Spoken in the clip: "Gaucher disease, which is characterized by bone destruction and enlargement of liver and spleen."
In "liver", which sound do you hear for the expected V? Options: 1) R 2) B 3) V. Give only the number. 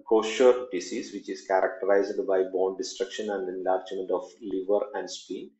3